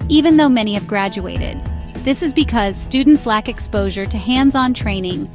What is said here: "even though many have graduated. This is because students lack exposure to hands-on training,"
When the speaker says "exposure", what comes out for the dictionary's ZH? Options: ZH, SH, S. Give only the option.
ZH